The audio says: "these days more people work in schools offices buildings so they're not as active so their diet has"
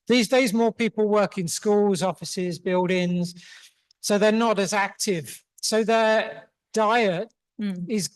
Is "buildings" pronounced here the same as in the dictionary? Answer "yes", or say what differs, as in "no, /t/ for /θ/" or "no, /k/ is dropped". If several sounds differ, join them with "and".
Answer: yes